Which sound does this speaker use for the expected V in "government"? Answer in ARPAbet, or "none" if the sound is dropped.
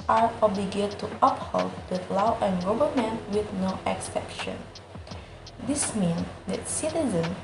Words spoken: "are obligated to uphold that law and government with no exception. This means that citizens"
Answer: B